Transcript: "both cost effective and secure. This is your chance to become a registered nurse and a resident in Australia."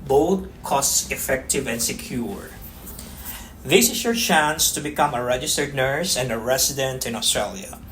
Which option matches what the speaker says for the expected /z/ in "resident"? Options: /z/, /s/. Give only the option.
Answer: /s/